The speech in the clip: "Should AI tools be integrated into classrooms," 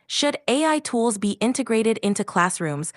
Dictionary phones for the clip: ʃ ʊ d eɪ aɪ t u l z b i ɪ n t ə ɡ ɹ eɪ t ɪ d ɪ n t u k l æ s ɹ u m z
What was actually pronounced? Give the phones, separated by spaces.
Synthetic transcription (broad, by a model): ʃ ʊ d eɪ aɪ t u l z b i ɪ n t ə ɡ ɹ eɪ t ɪ d ɪ n t u k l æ s ɹ u m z